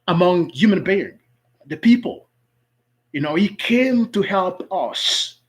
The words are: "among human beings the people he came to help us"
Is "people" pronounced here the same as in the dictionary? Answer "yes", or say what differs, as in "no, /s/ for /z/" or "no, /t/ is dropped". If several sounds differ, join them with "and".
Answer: no, /n/ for /l/